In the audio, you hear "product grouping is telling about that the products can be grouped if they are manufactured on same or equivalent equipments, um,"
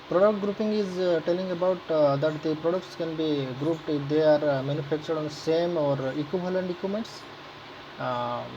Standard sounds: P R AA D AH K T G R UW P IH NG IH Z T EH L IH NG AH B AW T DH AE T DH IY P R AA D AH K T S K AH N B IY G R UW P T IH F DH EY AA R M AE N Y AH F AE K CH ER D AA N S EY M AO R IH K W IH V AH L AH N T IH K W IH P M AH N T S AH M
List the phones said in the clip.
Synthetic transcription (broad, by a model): P R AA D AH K T G R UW P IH NG IH Z T EH L IH NG AH B AW T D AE T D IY P R AA D AH K T S K AH N B IY G R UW P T IH F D EY AA R M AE N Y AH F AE K CH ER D AA N S EY M AO R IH K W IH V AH L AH N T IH K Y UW M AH N T S